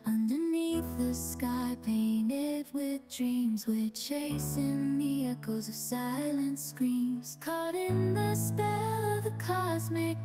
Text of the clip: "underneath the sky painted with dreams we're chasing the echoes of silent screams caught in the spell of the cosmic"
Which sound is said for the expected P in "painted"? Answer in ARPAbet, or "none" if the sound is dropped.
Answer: P